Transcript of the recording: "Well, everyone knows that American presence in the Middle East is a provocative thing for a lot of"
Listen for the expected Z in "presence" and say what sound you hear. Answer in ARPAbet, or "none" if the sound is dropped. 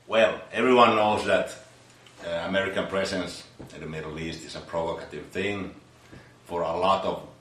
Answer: S